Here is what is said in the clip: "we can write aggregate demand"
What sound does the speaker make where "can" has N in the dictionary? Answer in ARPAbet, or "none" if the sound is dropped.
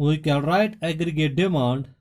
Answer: L